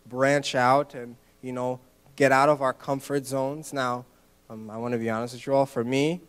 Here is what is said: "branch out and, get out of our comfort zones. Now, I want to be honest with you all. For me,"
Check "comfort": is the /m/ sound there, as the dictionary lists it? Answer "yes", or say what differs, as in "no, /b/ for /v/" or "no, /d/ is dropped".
yes